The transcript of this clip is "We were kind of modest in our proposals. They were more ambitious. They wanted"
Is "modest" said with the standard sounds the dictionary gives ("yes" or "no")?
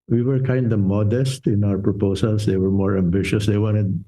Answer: yes